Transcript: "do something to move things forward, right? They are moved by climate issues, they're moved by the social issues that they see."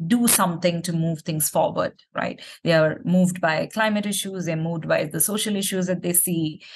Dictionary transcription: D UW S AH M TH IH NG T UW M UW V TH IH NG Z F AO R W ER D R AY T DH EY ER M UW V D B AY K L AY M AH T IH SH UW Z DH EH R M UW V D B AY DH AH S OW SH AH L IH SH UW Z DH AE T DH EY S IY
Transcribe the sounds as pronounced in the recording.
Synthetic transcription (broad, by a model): D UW S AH M T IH NG T UW M UW V T IH NG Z F AO R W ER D R AY T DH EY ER M UW V D B AY K L AY M AH T IH SH UW Z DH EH M UW V D B AY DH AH S OW SH AH L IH SH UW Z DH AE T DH EY S IY